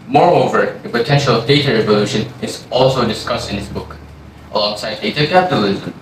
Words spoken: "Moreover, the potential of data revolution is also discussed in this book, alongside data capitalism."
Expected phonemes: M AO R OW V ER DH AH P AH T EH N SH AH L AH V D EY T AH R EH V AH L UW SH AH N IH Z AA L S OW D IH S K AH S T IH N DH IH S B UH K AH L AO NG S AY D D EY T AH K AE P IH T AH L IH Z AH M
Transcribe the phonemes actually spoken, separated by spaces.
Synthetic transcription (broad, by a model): M AO R OW V ER DH AH P AH T EH N SH AH L AH V D EY T AH R EH V AH L UW SH AH N IH Z AA L S OW D IH S K AH S T IH N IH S B UH K AH L AO NG S AY D D EY T AH K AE P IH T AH L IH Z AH M